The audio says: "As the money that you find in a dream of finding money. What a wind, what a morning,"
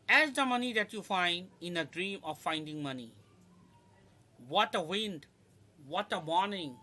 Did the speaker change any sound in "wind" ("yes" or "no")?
no